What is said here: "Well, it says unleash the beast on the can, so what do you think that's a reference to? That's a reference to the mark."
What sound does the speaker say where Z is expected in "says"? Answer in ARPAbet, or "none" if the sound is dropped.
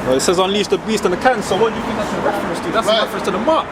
Z